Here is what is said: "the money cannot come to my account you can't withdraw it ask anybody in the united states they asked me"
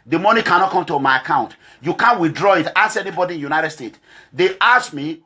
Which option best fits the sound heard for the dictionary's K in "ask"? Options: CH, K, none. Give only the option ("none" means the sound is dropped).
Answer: none